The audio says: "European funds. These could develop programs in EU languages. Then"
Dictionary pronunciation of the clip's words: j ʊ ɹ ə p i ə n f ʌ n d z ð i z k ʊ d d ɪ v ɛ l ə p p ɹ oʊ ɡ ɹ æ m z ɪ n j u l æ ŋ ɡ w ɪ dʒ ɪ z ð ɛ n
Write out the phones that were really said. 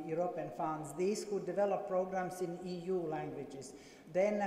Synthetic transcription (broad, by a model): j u ɹ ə p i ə n f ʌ n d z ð i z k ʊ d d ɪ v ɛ l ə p p ɹ oʊ ɡ ɹ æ m s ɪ n j u l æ ŋ ɡ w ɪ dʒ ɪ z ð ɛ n